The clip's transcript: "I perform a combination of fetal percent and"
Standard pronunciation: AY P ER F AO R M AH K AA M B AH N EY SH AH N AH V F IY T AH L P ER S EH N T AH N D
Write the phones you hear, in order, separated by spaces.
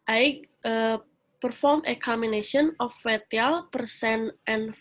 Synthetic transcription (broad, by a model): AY P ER F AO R M AH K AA M AH N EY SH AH N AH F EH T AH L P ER S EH N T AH N